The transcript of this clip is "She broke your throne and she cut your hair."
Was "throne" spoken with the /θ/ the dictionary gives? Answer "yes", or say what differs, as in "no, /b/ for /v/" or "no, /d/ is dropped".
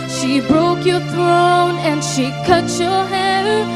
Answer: yes